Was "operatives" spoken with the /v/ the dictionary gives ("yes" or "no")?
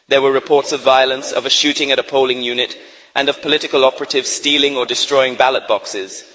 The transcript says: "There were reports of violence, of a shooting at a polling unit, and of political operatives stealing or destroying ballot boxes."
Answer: yes